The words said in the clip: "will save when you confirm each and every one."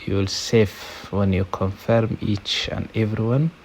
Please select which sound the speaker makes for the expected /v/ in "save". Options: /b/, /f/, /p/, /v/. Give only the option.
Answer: /f/